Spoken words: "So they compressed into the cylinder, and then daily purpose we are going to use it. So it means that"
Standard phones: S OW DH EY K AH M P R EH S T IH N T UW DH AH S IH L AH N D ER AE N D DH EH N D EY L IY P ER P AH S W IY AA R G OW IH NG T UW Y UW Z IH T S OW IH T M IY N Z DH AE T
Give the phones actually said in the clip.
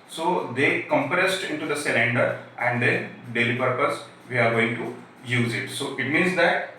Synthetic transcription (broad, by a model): S OW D EY K AH M P R EH S T IH N T UW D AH S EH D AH N D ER AE N D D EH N D EY L IY P ER P AH S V IY AA R G OW IH NG T UW Y UW Z IH T S OW IH T M IY N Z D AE T